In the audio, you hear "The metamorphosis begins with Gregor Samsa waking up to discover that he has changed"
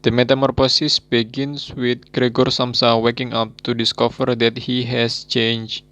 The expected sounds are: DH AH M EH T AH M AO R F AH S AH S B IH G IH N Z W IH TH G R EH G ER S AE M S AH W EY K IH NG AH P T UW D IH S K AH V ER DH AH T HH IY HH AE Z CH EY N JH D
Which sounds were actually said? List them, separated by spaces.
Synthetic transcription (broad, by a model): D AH M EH T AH M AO R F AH S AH S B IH G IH N S W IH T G R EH G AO S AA M S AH W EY K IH NG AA P T UW D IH S K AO F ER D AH T HH IY HH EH S CH EY N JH